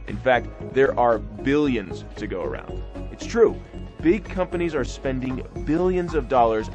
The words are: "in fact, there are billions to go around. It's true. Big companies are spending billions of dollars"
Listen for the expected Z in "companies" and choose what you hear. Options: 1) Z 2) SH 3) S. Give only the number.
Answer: 1